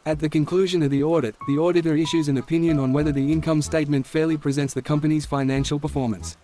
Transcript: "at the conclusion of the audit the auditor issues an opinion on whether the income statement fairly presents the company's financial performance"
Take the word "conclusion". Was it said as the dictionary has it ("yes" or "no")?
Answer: yes